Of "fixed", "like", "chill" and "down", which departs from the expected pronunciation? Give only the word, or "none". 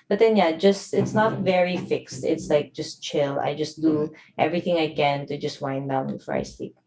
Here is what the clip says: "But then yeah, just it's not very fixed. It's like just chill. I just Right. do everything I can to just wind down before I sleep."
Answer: none